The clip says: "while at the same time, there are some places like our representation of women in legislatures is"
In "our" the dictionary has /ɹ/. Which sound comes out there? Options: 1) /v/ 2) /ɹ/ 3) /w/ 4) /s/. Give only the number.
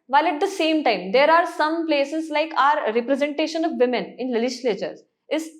2